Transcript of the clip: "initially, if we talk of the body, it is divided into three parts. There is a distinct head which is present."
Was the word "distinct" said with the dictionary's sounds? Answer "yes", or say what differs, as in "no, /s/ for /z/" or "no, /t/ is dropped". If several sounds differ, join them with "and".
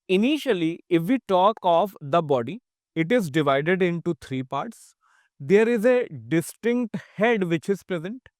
yes